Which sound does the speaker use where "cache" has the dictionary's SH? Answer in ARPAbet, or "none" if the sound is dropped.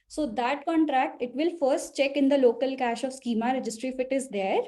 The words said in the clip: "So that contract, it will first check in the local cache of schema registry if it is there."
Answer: SH